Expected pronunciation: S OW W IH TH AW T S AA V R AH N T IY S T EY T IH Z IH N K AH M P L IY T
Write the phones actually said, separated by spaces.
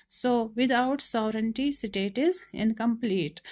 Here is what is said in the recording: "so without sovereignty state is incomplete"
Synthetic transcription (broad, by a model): S OW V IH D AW T S AA V R AH N T IY S T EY T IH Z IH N K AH M P L IY T